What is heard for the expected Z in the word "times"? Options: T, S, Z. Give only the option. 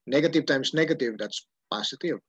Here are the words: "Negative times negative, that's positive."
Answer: S